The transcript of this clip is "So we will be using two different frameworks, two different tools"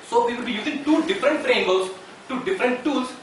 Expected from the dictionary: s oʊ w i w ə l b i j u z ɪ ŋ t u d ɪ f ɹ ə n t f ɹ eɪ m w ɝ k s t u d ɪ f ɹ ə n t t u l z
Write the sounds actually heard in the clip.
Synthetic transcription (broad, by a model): s oʊ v i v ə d b i j u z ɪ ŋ t u d ɪ f ɹ ə n t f ɹ eɪ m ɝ s t u d ɪ f ɹ ə n t t u l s